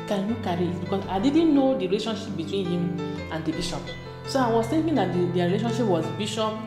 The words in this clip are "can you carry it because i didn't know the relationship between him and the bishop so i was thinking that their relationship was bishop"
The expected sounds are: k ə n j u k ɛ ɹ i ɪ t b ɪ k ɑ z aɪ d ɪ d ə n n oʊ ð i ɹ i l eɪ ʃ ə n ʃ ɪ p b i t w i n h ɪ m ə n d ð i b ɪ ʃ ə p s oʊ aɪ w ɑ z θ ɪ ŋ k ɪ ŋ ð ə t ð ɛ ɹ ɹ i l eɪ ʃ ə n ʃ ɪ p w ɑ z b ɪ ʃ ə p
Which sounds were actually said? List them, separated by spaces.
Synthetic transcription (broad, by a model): k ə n j u k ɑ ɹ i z b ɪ k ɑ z aɪ d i d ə n n oʊ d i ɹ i l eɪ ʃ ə n ʃ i p b i t w i n h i m ə n d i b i ʃ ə p s oʊ aɪ w ɑ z t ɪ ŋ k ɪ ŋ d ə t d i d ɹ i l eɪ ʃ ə n ʃ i p w ɑ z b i ʃ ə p